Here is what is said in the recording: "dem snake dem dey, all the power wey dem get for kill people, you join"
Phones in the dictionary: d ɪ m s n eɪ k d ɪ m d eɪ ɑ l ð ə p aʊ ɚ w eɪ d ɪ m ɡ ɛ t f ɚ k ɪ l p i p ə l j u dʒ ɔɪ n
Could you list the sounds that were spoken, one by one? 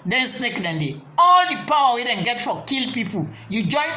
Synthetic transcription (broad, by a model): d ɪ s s eɪ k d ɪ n d eɪ ɑ l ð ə p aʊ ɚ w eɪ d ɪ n ɡ ɛ t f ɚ k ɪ l p i p ə l j u dʒ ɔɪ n